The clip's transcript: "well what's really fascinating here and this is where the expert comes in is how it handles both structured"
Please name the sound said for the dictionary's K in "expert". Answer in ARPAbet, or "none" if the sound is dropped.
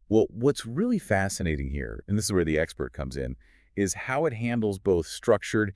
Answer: K